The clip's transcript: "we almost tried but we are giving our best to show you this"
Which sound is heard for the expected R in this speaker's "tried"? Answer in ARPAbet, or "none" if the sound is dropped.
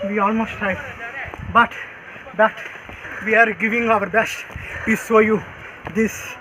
none